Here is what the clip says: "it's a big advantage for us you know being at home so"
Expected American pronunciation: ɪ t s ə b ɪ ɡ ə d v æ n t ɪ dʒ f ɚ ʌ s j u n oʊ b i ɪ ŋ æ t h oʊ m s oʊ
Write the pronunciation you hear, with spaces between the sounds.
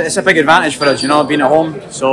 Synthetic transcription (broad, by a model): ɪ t s ə b ɪ ɡ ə d v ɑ n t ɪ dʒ f ɚ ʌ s j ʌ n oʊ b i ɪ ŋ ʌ t h oʊ m s oʊ